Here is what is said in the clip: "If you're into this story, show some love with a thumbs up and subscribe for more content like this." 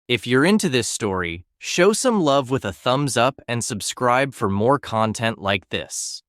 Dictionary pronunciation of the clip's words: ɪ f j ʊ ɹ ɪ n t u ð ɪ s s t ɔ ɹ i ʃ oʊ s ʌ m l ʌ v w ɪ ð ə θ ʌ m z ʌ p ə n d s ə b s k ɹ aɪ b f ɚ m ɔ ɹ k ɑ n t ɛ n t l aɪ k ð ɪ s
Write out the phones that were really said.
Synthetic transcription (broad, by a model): ɪ f j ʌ ɹ ɪ n t u ð ɪ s s t ɔ ɹ i ʃ oʊ s ʌ m l ʌ v w ɪ ð ə θ ʌ m z ʌ p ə n s ə b s k ɹ aɪ b f ɚ m ɔ ɹ k ɑ n t ɛ n t l aɪ k ð ɪ s